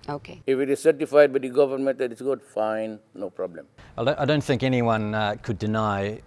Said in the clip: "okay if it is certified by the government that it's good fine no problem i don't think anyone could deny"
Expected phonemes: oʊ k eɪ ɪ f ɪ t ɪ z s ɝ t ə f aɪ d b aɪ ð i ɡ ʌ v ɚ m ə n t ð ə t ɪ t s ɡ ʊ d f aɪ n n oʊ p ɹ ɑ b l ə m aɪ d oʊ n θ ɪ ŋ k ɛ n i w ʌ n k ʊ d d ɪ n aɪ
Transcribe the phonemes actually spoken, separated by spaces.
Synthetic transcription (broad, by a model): oʊ k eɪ ɪ f ɪ t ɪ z s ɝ t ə f aɪ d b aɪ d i ɡ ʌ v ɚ m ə n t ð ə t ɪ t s ɡ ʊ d f aɪ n n oʊ p ɹ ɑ b l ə m aɪ d oʊ n θ ɪ ŋ k ɛ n i w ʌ n k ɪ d d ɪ n aɪ